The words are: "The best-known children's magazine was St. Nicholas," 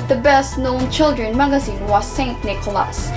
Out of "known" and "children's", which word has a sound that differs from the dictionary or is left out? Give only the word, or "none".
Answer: children's